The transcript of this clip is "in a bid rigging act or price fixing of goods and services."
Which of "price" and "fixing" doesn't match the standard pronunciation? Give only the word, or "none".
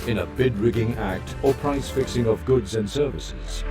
none